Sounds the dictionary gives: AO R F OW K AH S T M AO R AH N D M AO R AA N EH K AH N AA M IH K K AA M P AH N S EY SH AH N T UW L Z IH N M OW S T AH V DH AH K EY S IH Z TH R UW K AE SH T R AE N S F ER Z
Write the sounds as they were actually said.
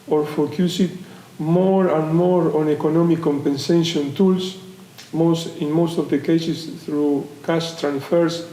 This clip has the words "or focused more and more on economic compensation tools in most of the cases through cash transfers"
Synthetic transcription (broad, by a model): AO R F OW K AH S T M AO R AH N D M AO R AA N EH K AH N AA M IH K K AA M P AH N S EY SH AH N T UW L S IH N M OW S T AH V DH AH K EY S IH S TH R UW K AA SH T R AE N S F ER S